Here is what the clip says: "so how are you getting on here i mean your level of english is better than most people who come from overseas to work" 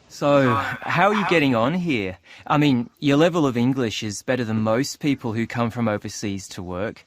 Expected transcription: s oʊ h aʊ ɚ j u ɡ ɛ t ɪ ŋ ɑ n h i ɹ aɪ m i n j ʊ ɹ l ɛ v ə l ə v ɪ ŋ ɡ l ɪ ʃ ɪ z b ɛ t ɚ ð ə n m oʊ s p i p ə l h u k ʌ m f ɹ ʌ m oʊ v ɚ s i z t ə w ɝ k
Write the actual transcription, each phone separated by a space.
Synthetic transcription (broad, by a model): s oʊ h aʊ ɚ j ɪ ɡ ɛ t ɪ ŋ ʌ n h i ɹ aɪ m i n j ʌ ɹ l ɛ v ə l ə v ɪ ŋ ɡ l ɪ ʃ ɪ z b ɛ t ɚ ð ə n m oʊ s p i p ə l h u k ʌ m f ɹ ʌ m oʊ v ɚ s i z t ə w ɝ k